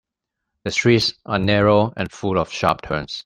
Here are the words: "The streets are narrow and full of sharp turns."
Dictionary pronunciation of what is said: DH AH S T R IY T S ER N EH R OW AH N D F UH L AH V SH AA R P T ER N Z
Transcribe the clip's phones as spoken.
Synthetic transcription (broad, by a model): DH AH S T R IY T S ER N EH R OW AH N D F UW L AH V SH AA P T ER N S